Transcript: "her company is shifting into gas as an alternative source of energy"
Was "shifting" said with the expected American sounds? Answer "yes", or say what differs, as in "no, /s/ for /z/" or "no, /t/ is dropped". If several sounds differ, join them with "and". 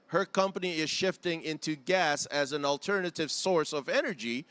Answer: yes